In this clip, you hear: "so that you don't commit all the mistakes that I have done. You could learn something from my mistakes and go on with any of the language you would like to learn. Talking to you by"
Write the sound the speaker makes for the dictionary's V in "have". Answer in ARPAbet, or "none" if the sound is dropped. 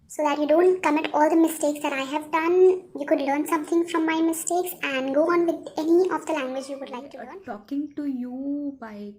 V